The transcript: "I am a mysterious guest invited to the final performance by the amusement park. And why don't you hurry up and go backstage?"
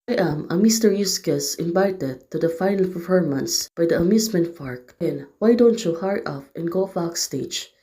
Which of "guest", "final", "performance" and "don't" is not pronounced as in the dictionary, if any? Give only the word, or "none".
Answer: guest